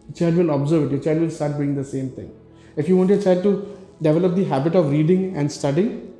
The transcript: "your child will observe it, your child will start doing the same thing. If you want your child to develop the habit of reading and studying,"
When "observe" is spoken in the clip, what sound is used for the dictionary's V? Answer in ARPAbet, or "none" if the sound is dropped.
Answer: V